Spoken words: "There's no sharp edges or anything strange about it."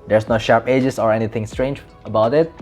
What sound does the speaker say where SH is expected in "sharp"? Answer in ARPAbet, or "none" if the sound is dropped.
SH